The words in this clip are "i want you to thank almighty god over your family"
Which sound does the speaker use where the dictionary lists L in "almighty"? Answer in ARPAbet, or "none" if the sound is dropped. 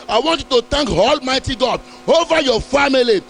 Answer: L